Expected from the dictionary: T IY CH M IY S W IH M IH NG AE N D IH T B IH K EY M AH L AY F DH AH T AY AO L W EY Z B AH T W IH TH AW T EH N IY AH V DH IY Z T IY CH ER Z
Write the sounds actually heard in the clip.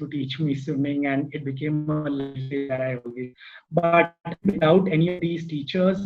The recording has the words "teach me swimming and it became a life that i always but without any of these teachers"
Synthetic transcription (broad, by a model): T IY CH M IY S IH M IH NG AE N D IH T B IH K EY M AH L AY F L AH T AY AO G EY B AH T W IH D AW T EH N IY AH V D IY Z T IY CH ER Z